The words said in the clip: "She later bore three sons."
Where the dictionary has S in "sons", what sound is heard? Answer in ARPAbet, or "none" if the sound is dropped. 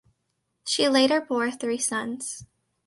S